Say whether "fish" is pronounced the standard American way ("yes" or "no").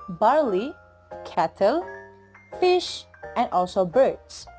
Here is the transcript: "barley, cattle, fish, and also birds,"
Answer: yes